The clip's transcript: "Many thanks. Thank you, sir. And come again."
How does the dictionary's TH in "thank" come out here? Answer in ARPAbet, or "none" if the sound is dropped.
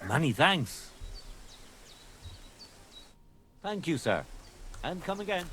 TH